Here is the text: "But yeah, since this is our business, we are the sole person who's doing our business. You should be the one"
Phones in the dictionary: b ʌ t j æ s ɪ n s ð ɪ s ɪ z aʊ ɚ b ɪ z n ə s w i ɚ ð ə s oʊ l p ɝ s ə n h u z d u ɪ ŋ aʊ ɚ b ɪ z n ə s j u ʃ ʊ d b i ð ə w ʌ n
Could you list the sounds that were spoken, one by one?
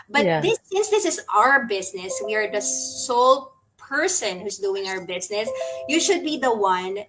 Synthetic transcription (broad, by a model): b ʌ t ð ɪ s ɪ s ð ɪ s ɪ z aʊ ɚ b ɪ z n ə s w i ɚ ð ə s oʊ l p ɝ s ə n h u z d u ɪ ŋ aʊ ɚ b ɪ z n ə s j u ʃ ʊ d b i ð ə w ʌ n